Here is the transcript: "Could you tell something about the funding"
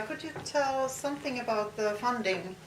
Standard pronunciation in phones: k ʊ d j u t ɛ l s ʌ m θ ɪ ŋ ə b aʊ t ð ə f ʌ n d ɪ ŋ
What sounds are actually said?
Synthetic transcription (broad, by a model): k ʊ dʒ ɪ t ɛ l s ʌ m θ ɪ ŋ ə b aʊ t ð ə f ʌ n d ɪ ŋ